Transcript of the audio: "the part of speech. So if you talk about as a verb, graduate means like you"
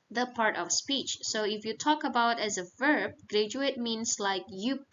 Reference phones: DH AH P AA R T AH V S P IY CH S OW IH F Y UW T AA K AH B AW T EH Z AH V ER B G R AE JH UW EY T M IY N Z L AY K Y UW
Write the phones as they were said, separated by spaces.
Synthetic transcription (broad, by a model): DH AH P AA R T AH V S P IY CH S OW IH F Y UW T AA K AH B AW T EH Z AH V ER B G R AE JH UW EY T M IY N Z L AY K Y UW